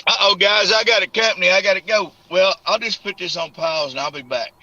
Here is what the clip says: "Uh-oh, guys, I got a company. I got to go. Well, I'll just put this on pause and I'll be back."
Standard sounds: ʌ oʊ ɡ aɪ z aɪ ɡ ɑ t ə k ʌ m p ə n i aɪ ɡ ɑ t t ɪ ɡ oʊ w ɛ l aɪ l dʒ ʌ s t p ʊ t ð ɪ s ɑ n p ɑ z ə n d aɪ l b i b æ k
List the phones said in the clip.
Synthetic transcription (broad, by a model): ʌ oʊ ɡ aɪ z aɪ ɡ ɑ t ə k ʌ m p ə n i aɪ ɡ ɑ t t ɪ ɡ oʊ w ɛ l aɪ l dʒ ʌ s p ʊ t ð ɪ s n p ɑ z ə n aɪ l b i b æ k